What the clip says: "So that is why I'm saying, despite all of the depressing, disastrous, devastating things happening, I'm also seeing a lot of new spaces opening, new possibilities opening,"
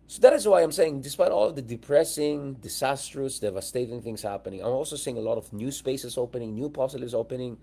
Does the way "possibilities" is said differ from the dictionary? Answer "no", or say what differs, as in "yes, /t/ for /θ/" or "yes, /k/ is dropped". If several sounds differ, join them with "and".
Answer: yes, /s/ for /t/ and /z/ is dropped